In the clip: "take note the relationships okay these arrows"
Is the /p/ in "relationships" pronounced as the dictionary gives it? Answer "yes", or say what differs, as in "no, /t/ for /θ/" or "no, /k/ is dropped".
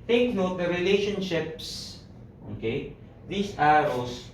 yes